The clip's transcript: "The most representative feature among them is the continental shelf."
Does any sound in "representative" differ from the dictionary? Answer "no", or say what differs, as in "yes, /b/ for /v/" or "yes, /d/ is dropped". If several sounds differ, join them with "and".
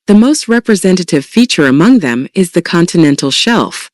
no